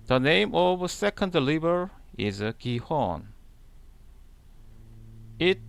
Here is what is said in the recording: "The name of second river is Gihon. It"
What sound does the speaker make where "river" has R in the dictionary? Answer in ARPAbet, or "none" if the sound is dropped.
L